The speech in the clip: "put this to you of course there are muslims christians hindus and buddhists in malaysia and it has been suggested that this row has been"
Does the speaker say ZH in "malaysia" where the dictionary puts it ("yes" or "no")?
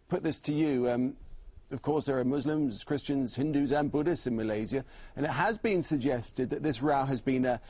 no